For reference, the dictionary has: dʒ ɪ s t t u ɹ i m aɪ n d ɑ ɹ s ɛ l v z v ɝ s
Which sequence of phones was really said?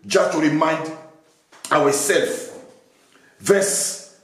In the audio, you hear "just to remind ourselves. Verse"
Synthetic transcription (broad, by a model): dʒ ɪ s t t u ɹ i m aɪ n d ɑ w s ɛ l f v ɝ s